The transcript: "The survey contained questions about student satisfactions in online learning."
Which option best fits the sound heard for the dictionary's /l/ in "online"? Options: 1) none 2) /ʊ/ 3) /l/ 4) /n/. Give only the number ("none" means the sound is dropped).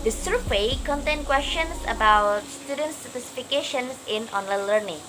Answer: 3